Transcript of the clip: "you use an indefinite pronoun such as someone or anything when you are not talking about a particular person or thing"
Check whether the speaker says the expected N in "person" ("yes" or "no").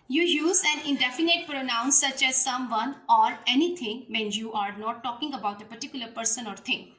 yes